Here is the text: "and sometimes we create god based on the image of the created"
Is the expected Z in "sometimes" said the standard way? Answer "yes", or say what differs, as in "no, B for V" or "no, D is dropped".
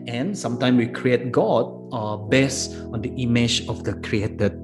no, Z is dropped